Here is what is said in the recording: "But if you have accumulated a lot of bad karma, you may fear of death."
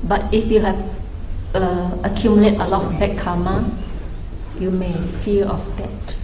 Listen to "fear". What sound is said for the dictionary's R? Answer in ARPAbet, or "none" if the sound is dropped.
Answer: L